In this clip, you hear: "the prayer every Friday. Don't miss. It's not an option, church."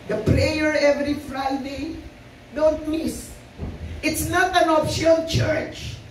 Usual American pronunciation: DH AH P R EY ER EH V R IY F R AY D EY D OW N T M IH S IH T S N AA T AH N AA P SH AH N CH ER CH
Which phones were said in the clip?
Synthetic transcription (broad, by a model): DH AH P R EY ER EH V R IY F R AY D EY D OW N T M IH S IH T S N AA T AH N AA F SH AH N CH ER CH